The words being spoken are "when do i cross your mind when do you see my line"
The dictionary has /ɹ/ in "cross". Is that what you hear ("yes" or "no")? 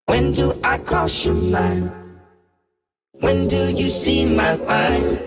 no